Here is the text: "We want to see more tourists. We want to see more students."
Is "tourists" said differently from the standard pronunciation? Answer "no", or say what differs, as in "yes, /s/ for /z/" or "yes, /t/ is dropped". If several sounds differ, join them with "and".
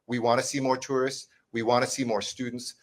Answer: no